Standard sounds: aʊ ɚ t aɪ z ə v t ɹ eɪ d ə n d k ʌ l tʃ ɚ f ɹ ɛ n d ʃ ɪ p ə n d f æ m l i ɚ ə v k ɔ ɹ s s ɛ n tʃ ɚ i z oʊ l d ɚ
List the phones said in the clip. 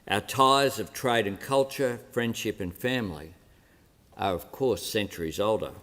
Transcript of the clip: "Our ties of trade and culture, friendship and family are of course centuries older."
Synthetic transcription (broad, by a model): aʊ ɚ t aɪ z ə v t ɹ eɪ d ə n k ʌ l tʃ ɚ f ɹ ɛ n d ʃ ɪ p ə n f æ m l i ɚ ə v k ɔ ɹ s s ɛ n tʃ ɚ i z oʊ l d ɚ